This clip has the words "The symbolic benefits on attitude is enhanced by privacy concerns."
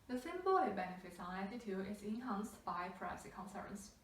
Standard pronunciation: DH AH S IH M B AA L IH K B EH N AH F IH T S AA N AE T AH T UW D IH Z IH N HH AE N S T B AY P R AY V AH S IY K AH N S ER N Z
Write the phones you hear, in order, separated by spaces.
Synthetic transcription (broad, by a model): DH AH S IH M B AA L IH B EH N AH F IH T S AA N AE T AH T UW IH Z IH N HH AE N S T B AY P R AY AH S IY K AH N S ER N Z